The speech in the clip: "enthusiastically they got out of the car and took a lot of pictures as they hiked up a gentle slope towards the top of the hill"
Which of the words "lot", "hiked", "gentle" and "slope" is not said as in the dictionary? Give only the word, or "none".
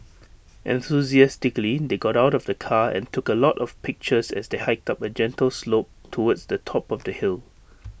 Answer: none